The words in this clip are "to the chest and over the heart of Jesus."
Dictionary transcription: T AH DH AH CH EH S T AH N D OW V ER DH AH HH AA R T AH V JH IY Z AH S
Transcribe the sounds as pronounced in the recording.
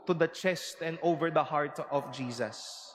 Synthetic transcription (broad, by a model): T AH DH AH CH EH S T AH N D OW V ER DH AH HH AA R T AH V JH IY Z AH S